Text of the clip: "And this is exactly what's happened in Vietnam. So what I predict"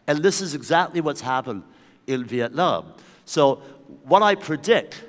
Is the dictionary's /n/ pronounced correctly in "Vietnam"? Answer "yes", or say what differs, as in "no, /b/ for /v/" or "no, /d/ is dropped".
no, /l/ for /n/